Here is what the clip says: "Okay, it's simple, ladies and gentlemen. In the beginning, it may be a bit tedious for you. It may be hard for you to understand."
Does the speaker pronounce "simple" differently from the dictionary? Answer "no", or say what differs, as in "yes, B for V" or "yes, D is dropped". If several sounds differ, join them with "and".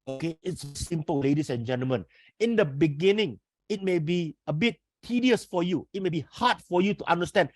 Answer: no